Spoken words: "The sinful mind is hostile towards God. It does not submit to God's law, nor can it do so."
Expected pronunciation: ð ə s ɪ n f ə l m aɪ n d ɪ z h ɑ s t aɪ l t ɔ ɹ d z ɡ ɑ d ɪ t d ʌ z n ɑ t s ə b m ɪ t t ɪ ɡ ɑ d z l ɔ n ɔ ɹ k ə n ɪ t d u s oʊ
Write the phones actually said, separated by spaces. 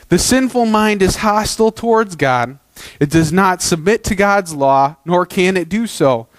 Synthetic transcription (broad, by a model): ð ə s ɪ n f l m aɪ n d ɪ z h ɑ s t l t ɔ ɹ d z ɡ ɑ d ɪ t d ʌ z n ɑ t s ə b m ɪ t t ɪ ɡ ɑ d z l ɔ n ɔ ɹ k ə n ɪ t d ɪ s oʊ